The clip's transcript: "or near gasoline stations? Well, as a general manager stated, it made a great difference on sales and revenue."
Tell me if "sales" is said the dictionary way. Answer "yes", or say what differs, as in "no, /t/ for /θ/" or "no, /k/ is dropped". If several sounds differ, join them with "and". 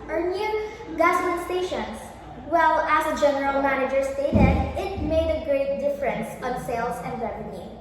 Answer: no, /s/ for /z/